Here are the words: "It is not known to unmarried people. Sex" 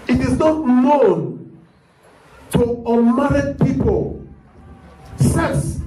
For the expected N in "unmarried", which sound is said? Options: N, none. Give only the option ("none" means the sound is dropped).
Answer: none